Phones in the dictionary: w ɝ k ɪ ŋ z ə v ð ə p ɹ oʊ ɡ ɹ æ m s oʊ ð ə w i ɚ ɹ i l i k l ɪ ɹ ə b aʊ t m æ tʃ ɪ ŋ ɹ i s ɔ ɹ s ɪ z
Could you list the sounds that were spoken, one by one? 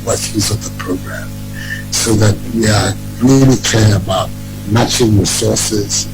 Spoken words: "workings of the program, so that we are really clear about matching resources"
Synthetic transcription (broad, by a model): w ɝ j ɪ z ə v ð ə p ɹ oʊ ɡ ɹ æ m s oʊ ð ə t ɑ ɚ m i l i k ɛ ɹ ə b aʊ t m æ tʃ ɪ ŋ ɹ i s ɔ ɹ s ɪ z